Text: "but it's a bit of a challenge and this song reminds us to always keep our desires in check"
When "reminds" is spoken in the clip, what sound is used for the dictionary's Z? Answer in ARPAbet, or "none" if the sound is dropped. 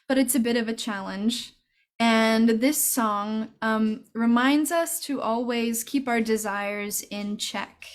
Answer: Z